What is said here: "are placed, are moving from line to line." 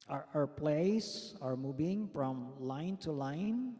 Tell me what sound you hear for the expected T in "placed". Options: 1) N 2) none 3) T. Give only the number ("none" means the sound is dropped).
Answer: 2